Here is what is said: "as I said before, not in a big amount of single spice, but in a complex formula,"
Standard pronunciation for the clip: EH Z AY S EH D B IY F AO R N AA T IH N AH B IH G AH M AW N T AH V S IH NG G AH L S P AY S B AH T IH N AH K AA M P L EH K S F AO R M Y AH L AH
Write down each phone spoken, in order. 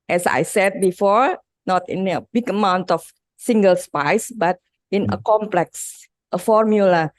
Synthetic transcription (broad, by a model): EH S AY S EH D B IY F AO R N AA T IH N AH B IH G AH M AW N T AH F S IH NG G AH L S P AY S B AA T IH N AH K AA M P L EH K S F AO R M Y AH L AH